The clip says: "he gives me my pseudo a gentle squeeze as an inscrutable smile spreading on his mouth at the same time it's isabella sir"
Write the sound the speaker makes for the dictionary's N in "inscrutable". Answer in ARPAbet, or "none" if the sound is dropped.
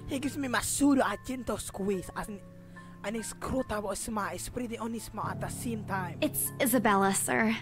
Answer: none